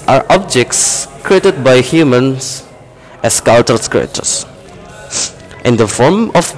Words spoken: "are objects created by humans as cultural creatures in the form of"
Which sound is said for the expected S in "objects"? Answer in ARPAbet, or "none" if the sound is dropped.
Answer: S